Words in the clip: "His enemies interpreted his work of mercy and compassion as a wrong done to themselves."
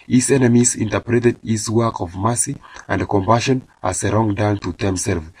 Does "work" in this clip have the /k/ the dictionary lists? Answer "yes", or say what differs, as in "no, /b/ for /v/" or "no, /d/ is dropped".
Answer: yes